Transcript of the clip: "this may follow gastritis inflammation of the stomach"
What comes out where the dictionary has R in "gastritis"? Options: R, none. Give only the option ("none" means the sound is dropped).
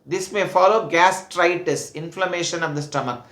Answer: R